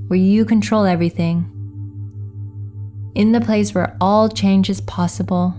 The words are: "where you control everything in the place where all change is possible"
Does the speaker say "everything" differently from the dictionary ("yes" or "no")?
no